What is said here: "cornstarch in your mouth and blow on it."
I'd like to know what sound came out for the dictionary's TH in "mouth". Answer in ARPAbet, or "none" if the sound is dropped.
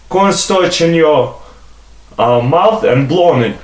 TH